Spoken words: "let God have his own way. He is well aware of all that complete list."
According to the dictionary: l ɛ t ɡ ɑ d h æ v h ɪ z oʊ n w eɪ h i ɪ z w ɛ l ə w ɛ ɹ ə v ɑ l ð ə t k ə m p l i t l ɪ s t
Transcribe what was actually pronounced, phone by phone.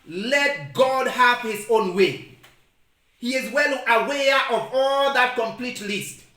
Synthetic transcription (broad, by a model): l ɛ t ɡ ɑ d h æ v h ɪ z oʊ n w eɪ h i ɪ z w ɛ l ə w ɛ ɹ ə v ɑ l ð ə t k ə m p l i t l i s t